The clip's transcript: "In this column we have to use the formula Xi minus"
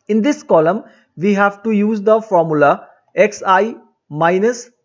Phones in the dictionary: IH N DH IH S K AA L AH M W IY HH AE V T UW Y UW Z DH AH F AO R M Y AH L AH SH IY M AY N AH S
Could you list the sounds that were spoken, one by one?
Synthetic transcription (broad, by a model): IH N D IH S K AA L AH M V IY HH AE V T UW Y UW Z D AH F AO R M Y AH L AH S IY M AY N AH S